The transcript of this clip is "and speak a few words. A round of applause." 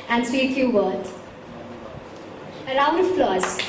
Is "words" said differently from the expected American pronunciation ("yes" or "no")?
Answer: yes